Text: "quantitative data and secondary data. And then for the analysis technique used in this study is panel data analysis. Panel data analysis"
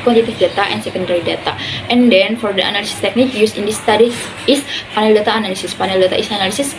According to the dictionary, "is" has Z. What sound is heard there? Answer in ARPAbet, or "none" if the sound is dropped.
S